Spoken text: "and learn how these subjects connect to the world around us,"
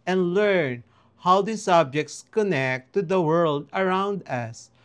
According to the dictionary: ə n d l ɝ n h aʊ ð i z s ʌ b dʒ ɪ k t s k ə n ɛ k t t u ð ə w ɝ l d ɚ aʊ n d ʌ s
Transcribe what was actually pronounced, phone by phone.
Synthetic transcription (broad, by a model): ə n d l ɝ n h aʊ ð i s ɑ b dʒ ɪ k t s k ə n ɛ k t t u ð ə w ɝ l d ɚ aʊ n d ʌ s